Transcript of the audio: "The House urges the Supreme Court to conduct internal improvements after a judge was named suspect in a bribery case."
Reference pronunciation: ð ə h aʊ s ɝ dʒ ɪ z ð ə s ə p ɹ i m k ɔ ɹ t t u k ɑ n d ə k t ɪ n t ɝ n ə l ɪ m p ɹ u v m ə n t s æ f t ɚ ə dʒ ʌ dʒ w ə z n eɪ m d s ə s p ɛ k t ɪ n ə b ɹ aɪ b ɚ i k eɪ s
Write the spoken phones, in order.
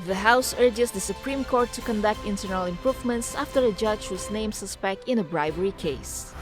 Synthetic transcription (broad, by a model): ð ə h aʊ s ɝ dʒ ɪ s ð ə s ə p ɹ i m k ɔ ɹ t t u k ɑ n d ə k t ɪ n t ɝ n ə l ɪ m p ɹ u v m ə n t s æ f t ɚ ə dʒ ʌ dʒ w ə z n eɪ m s ə s p ɛ k t ɪ n ə b ɹ aɪ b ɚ i k eɪ s